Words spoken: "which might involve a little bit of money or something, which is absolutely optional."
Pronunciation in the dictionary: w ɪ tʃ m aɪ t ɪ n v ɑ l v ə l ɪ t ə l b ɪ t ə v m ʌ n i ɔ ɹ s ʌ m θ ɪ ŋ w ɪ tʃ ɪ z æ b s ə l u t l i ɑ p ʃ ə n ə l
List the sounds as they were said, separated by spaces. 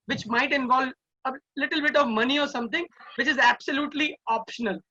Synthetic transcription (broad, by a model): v ɪ tʃ m aɪ t ɪ n v ɑ l v ə l ɪ t ə l b ɪ t ə v m ʌ n i ɔ ɹ s ʌ m t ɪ ŋ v ɪ tʃ ɪ z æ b s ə l u t l i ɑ p ʃ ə n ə l